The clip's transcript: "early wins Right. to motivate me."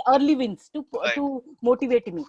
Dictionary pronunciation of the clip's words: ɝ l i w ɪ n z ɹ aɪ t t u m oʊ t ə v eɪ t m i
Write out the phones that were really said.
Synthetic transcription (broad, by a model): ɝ l i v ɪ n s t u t t u m oʊ t ə v eɪ t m i